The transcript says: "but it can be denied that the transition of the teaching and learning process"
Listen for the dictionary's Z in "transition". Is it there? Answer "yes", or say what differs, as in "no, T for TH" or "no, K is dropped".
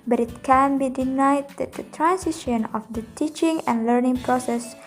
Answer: no, S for Z